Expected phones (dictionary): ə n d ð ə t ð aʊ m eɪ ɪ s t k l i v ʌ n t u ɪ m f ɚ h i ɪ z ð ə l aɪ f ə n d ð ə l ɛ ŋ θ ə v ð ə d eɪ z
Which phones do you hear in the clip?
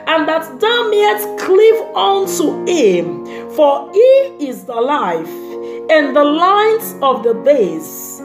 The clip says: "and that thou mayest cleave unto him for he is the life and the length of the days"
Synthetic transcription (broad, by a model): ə n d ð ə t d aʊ m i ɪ t k l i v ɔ n t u ɪ m f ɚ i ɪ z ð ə l aɪ f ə n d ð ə l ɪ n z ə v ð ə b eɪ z